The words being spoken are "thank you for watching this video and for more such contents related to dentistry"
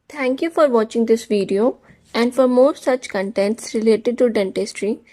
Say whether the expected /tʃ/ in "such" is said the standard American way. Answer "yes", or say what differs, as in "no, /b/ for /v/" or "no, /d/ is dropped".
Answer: yes